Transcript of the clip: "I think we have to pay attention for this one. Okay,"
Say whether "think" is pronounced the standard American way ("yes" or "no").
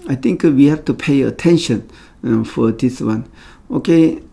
no